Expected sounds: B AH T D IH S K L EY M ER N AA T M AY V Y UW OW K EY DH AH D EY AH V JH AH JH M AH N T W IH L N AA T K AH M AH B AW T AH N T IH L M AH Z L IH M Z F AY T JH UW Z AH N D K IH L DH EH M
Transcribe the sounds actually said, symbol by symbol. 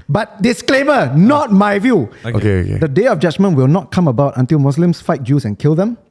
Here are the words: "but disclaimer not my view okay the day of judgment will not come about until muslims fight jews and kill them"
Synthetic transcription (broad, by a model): B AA T D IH S K L EY M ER N AA T M AY V Y UW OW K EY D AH D EY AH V JH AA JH M AH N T W IH L N AA T K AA M AH B AW T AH N T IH L M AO S L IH M S F AY T JH UW S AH N K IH L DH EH M